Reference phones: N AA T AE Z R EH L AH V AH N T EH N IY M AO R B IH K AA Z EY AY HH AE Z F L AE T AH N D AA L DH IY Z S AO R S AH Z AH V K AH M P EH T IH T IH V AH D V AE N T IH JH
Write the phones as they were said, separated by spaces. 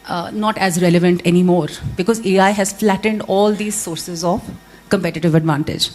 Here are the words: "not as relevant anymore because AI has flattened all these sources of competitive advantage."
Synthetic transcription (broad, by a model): N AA T AE Z R EH L AH V AH N T EH N IY M AO R B IH K AA Z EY AY HH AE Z F L AE T AH N D AA L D IY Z S AO R S AH Z AH V K AH M P EH T IH T IH V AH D V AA N T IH JH